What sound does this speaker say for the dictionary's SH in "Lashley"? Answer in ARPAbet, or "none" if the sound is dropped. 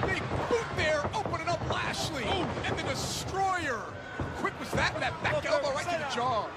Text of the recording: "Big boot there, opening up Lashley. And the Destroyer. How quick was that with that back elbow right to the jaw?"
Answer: SH